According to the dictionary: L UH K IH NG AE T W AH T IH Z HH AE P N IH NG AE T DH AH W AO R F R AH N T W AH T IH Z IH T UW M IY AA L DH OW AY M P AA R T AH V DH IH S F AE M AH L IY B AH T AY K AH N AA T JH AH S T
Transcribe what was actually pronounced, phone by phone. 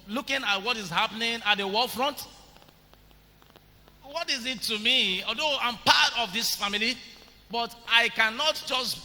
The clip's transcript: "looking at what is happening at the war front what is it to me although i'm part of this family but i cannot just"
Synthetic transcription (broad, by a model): L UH K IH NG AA T W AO T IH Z HH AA P N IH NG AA T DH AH W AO L F R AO N T W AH T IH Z IH T UW M IY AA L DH OW AY M P AA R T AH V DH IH S F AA M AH L IY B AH T AY K AH N AA T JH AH S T